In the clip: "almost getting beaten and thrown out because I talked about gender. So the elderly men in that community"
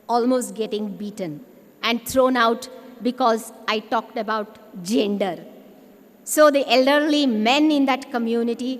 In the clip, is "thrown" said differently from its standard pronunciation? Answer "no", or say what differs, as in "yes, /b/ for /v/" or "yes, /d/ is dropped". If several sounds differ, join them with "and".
yes, /t/ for /θ/